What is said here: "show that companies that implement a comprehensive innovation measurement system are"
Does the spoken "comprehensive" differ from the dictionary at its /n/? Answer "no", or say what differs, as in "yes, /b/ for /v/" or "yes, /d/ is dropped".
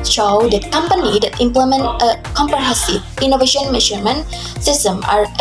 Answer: yes, /n/ is dropped